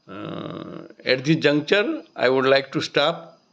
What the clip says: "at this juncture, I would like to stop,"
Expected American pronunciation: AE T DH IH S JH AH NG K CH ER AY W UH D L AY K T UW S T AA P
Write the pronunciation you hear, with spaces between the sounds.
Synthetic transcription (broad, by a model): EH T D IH JH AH NG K CH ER AY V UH D L AY K T UW S T AA P